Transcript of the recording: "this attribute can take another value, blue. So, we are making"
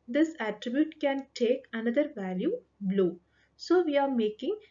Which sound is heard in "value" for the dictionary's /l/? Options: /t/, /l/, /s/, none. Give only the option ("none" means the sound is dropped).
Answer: /l/